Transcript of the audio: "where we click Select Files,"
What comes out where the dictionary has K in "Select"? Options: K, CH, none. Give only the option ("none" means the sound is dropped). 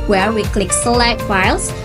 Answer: none